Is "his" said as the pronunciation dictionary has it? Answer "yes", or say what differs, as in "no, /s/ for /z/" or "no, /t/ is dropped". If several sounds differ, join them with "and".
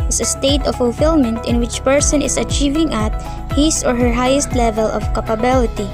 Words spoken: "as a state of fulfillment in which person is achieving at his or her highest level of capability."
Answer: no, /s/ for /z/